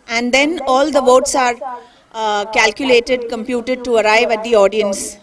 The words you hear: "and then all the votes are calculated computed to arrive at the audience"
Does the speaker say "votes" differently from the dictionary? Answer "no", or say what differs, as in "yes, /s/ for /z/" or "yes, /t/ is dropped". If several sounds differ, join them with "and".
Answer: no